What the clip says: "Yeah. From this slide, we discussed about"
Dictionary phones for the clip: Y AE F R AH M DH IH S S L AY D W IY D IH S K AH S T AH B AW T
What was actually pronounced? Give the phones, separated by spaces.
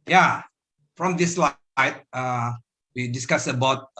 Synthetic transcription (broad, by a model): Y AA F R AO M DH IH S S L AY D W IY D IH S K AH S AH B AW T